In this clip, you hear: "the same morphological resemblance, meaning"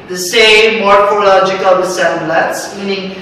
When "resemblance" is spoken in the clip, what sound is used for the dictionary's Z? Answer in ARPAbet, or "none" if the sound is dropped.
S